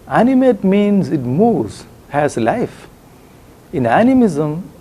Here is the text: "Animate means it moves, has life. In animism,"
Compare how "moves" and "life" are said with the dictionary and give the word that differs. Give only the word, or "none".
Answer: moves